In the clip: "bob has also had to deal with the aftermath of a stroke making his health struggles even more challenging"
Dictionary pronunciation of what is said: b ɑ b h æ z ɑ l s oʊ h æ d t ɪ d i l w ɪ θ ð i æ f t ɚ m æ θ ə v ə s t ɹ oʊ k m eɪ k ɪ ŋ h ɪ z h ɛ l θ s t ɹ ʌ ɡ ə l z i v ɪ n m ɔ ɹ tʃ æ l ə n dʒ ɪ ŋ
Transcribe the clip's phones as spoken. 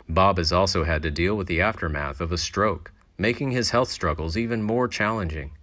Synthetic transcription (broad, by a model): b ɑ b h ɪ z ɑ l s oʊ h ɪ d t ɪ d i l w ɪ ð i æ f t ɚ m æ θ ə v ə s t ɹ oʊ k m eɪ k ɪ ŋ ɪ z h ɛ l θ s t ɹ ʌ ɡ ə l z i v ɪ n m ɔ ɹ tʃ æ l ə n dʒ ɪ ŋ